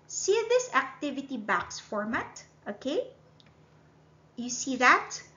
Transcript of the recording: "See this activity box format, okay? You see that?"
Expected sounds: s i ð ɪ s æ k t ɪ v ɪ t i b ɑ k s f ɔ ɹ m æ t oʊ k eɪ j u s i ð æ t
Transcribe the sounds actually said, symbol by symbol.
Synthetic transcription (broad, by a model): s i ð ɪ s æ k t ɪ v ɪ t i b ɑ k s f ɔ ɹ m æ t oʊ k eɪ j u s i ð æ t